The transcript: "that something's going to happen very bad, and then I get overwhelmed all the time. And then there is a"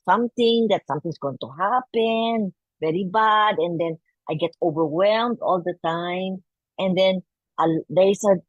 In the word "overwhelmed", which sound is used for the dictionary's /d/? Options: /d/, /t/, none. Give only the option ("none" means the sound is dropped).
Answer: /d/